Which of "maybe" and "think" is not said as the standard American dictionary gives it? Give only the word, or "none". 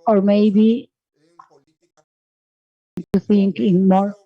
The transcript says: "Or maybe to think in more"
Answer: think